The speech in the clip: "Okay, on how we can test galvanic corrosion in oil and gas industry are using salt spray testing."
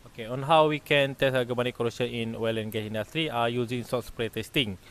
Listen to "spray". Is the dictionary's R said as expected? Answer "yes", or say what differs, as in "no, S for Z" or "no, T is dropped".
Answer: yes